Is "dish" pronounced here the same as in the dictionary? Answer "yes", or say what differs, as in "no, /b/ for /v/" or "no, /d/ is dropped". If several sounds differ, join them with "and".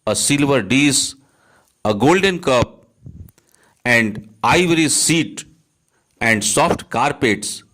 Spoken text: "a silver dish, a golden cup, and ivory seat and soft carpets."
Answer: no, /s/ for /ʃ/